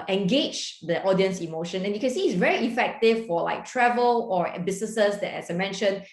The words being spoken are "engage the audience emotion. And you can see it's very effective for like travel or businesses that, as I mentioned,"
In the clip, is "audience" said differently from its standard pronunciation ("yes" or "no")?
no